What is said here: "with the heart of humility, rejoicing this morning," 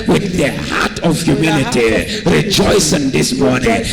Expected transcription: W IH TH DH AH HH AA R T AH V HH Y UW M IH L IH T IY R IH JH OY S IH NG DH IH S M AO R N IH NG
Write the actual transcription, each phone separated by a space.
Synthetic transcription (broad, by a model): W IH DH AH HH AA T AH V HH Y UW M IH N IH T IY R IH JH OY S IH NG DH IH S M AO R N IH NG